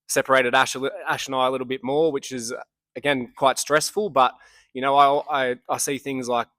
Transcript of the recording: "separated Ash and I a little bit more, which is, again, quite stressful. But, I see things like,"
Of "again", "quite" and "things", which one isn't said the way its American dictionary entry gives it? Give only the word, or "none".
none